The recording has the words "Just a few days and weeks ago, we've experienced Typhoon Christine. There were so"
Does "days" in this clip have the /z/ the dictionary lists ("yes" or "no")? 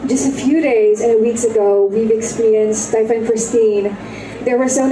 yes